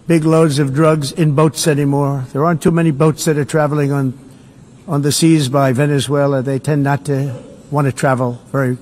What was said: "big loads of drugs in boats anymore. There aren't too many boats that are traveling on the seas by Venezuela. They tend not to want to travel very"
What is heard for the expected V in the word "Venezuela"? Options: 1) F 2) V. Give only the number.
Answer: 2